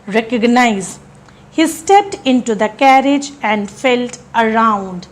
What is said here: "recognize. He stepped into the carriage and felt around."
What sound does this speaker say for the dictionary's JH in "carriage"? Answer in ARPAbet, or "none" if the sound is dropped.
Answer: JH